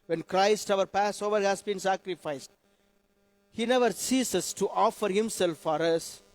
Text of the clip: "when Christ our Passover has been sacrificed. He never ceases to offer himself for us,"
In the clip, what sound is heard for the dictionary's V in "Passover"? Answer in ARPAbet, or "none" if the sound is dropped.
V